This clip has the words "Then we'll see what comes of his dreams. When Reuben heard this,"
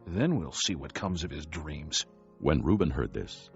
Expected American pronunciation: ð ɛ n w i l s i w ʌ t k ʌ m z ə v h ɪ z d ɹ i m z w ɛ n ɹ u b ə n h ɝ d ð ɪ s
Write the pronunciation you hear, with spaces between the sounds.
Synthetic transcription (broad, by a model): ð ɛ n w i l s i w ʌ t k ʌ m z ə v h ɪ z d ɹ i m z w ɛ n ɹ u b ə n h ɝ d ð ɪ s